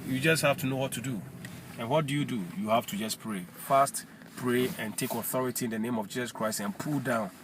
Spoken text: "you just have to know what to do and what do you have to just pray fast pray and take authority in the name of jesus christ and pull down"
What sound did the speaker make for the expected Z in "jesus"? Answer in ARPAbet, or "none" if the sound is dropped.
S